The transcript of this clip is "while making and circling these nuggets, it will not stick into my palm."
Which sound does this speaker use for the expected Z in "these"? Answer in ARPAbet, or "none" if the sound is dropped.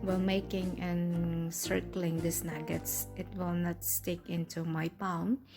S